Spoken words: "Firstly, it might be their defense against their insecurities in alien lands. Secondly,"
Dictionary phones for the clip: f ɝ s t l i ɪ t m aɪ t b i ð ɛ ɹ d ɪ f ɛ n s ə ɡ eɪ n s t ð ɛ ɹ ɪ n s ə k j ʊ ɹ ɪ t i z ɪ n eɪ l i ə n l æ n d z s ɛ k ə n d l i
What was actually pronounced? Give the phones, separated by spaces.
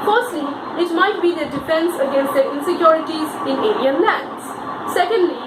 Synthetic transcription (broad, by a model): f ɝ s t l i ɪ t m aɪ t b i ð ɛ d ɪ f ɛ n s ə ɡ eɪ n s t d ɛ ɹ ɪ n s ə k j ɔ ɹ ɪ t i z ɪ n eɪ n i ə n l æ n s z s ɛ k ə n d l i